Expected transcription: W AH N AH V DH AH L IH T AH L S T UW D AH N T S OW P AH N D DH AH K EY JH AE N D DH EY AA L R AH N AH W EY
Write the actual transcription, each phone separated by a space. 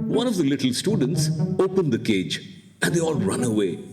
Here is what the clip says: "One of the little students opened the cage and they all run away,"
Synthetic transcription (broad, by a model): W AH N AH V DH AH L IH T L S T UW D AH N T S OW P AH N D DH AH K EY JH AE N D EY AA L R AH N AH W EY